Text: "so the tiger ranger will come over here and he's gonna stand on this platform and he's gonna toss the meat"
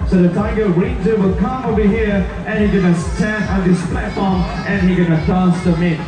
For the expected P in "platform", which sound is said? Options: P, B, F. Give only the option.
P